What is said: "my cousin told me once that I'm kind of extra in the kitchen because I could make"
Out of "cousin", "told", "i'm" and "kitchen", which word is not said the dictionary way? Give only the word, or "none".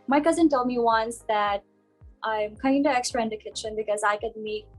none